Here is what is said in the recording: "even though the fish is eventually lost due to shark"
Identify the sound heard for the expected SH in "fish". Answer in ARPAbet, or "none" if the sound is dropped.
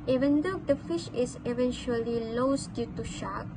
SH